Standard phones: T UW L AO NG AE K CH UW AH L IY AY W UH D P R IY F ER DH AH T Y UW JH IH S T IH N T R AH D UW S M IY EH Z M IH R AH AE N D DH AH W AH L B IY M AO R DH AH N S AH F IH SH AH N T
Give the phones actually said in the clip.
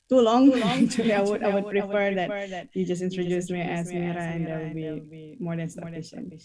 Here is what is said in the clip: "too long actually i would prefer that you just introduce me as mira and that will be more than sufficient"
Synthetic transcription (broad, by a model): T UW L AO NG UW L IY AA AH W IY AY W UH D P R IY F ER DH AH T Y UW JH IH S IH N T R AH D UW S M IY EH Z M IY R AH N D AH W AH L B IY M AO R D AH N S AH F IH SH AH N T